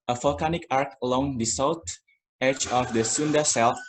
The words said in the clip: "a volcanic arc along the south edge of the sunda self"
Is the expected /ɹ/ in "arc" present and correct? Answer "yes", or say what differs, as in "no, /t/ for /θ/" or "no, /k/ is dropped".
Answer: yes